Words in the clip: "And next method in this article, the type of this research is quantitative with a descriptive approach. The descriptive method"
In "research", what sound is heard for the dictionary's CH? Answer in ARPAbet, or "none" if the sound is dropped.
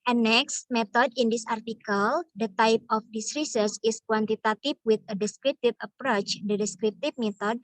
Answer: S